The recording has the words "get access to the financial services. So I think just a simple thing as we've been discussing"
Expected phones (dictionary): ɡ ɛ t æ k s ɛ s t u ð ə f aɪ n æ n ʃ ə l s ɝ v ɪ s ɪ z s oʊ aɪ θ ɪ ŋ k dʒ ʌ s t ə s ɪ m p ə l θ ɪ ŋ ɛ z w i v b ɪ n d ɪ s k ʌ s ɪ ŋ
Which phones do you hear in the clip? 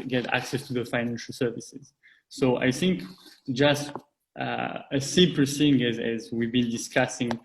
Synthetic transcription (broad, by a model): ɡ ɛ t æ k s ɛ s t u ð ə f aɪ n æ n ʃ ə l s ɝ v ɪ s ɪ z s oʊ aɪ θ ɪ ŋ k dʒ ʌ s t ə s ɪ p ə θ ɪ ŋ ɛ z w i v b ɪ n d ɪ s k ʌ s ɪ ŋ